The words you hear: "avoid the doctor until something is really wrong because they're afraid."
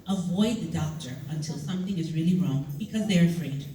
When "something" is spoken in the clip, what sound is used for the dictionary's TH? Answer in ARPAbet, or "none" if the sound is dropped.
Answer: TH